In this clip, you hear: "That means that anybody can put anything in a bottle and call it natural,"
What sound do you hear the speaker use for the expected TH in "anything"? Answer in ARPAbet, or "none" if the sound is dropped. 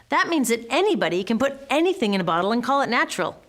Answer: TH